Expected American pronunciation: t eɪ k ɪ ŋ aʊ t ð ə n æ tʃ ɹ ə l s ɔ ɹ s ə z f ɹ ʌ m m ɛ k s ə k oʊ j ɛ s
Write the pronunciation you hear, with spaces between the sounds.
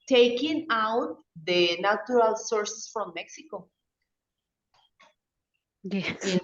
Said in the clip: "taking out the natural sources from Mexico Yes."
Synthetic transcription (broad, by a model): t eɪ k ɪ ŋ aʊ t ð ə n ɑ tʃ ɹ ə l s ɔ ɹ s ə s f ɹ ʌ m m ɛ k s ə k oʊ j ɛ